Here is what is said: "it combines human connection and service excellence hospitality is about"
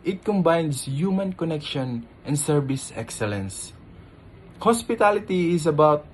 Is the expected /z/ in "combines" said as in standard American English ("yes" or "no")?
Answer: no